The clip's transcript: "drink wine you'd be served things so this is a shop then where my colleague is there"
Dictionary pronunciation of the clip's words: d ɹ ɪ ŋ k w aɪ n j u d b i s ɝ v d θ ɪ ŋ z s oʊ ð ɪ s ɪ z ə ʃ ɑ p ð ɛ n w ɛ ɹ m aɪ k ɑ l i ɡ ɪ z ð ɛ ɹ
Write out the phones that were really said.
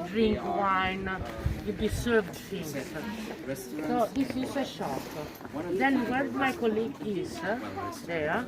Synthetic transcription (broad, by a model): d ɹ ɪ ŋ k w aɪ n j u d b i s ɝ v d s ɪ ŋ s s oʊ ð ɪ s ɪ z ə ʃ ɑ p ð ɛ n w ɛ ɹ m aɪ k ɑ l i ɡ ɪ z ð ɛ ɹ